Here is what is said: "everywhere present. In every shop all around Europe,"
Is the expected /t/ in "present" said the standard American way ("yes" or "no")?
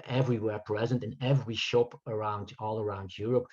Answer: yes